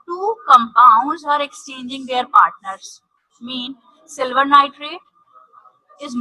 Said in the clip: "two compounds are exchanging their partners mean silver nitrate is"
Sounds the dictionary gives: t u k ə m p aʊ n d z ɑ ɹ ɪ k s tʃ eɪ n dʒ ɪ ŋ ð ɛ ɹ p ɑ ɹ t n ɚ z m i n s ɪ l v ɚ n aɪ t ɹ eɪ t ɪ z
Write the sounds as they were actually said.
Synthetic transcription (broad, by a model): t u k ə m p aʊ n d z ɑ ɹ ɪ k s tʃ eɪ n dʒ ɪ ŋ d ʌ ɹ p ɑ ɹ t n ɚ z m i n s ɪ l v ɚ n aɪ t ɹ eɪ t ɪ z